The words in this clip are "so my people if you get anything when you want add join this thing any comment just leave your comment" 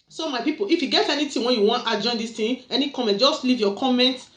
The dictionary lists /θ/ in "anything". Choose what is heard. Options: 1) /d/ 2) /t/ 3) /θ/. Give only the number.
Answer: 2